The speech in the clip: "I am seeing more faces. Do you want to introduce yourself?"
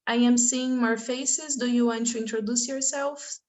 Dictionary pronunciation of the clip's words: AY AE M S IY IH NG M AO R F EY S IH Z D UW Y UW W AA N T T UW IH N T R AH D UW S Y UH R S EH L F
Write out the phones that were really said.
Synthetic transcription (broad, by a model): AY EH M S IY IH NG M AO R F EY S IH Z D UW Y UW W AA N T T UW IH N T R AH D UW S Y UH R S EH L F